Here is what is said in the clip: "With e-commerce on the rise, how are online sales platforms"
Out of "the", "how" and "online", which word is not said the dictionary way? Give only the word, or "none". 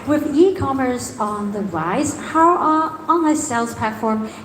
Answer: online